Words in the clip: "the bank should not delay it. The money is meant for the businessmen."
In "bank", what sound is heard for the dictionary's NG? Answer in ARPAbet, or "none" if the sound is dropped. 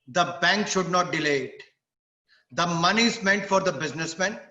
NG